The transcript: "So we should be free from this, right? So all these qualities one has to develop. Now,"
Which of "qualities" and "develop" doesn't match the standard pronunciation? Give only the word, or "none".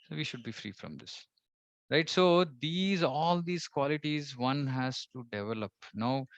none